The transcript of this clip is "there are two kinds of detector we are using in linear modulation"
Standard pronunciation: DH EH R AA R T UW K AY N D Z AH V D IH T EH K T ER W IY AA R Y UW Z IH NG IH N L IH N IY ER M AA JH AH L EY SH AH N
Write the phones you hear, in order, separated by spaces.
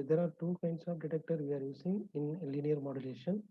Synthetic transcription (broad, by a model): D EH R AA R T UW K AY N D S AH V D IH T EH K T ER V IY AA R Y UW S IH NG IH N L IH N IY ER M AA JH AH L EY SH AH N